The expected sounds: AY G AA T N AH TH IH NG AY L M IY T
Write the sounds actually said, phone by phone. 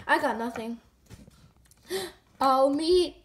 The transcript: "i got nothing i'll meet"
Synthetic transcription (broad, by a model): AY G AA T N AH TH IH NG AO M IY